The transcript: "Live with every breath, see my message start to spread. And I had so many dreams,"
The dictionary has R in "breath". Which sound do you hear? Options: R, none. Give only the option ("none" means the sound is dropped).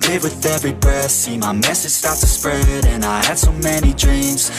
none